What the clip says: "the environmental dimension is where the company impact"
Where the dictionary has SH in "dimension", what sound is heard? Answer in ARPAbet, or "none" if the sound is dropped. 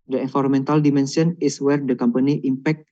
S